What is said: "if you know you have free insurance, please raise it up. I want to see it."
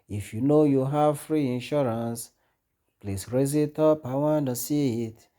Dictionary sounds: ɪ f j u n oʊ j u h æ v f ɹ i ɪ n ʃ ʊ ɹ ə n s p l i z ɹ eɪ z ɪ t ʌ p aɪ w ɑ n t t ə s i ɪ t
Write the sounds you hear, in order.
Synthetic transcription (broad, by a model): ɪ f j u n oʊ j u h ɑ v f ɹ i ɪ n ʃ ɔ ɹ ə n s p l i s ɹ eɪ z ɪ t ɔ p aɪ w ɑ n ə s i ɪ t